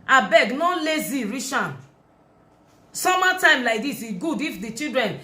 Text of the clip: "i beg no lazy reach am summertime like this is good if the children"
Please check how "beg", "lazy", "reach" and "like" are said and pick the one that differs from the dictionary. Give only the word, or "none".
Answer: reach